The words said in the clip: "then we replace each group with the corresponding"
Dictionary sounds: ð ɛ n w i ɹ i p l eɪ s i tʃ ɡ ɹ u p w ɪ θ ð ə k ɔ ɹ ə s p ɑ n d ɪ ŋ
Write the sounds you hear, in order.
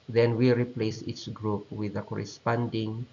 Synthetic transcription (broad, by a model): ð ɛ n w i ɹ i p l eɪ s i s ɡ ɹ u p w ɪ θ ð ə k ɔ ɹ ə s p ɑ n d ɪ ŋ